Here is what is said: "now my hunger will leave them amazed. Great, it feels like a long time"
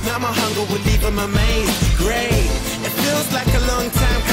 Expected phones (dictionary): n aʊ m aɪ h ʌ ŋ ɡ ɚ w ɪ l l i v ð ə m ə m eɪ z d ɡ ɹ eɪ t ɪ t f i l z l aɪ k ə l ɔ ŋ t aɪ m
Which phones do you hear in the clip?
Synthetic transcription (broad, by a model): n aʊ m aɪ h ʌ ŋ ɡ ɚ w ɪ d l i v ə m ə m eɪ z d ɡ ɹ eɪ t ɪ t f i l z l aɪ k ə l ɔ ŋ t aɪ m